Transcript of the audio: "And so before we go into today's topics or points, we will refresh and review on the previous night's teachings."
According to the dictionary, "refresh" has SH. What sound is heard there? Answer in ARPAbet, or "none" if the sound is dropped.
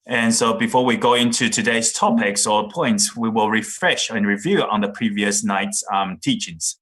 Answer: SH